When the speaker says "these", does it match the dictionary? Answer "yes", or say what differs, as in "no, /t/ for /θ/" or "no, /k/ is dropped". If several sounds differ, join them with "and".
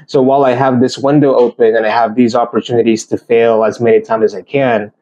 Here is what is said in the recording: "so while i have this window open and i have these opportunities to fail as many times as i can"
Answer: yes